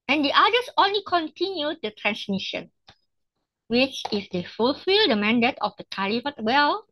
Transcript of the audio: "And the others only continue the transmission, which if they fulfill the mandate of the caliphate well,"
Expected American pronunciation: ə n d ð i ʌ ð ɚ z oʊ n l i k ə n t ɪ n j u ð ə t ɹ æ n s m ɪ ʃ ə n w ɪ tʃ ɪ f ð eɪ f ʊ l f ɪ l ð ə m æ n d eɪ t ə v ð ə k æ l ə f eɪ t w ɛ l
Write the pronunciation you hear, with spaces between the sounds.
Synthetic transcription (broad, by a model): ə n d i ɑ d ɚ s oʊ n l i k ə n t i n j u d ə t ɹ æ n s m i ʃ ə n w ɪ tʃ ɪ f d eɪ f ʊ l f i l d ə m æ n d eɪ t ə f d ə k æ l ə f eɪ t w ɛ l